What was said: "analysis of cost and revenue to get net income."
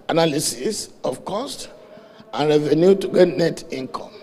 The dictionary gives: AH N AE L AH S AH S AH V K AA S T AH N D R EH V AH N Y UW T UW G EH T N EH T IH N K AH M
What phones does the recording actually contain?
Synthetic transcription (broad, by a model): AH N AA L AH S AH S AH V K AA S T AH N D R EH V AH N Y UW T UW G EH T N EH T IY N K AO M